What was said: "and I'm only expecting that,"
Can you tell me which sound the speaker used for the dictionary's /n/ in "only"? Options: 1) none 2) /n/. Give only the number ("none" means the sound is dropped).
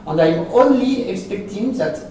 2